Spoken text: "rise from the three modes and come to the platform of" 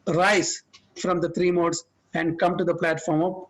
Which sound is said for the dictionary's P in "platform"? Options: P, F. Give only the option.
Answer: P